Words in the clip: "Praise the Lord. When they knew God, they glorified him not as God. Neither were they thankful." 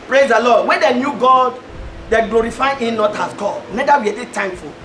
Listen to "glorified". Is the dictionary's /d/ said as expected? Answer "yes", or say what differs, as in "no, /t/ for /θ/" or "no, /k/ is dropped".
no, /d/ is dropped